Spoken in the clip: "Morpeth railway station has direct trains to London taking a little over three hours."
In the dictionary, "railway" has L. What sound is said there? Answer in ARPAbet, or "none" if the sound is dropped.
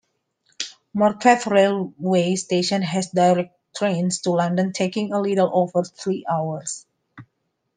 L